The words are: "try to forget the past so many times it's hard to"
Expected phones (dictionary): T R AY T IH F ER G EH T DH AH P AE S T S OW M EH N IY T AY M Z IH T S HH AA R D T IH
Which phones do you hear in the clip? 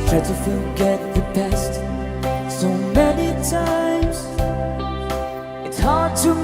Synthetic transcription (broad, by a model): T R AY T IH F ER G EH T DH AH B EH S T S OW M EH N IY T AY M Z IH T S HH AA R D T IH